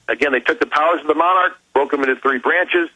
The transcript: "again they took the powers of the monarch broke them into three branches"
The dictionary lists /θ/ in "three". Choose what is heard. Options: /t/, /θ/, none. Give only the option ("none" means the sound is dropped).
/θ/